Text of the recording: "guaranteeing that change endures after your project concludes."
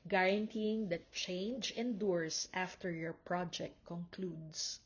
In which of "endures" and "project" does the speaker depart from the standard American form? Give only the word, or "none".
endures